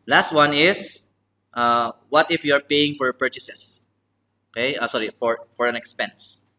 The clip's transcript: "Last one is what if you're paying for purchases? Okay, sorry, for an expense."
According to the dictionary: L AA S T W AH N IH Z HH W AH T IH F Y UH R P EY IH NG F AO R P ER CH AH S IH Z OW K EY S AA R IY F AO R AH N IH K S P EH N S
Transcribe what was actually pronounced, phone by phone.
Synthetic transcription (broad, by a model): L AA S T W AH N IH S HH W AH T IH F Y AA R P EY IH NG F AO R P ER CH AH S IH S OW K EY S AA R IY F AO R AH N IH K S P EH N S